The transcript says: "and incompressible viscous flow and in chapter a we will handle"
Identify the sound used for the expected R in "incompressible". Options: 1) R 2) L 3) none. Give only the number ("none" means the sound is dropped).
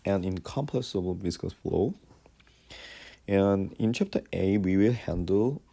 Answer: 3